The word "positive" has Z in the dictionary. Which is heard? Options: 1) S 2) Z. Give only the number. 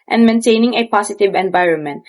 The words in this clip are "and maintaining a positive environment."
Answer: 1